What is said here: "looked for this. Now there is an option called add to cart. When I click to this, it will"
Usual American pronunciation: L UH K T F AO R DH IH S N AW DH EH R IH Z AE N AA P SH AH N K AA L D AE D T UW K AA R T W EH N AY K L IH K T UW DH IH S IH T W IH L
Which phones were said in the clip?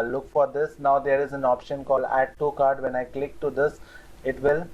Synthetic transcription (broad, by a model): L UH K F AO R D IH S N AW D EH R IH Z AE N AA P SH AH N K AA L AE D T UW K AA R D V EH N AY K L IH K T UW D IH S IH T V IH L